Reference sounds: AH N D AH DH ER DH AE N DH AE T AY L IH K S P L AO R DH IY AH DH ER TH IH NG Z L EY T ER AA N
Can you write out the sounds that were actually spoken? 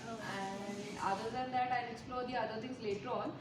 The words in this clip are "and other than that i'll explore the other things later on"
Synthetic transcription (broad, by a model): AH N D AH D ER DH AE N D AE T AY N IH K S P L AO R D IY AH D ER T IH NG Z L EY T ER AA N